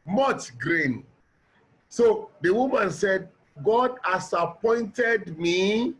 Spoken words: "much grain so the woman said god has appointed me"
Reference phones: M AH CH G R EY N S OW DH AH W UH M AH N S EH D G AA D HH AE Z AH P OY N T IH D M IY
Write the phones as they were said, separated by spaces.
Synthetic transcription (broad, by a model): M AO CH G R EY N S OW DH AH W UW M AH N S EH D G AA D HH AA S AH P OY N T IH D M IY